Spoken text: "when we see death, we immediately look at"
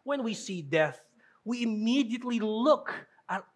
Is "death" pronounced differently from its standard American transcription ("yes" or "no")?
no